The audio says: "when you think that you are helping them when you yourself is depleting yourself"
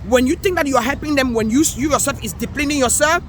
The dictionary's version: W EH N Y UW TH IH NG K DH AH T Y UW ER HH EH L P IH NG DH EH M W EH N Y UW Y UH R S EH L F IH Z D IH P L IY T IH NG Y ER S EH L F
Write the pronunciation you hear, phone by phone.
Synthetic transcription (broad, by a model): W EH N Y UW T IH NG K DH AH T Y UW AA HH EH L P IH NG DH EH M W EH N Y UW Y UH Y S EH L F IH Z D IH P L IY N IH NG Y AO S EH L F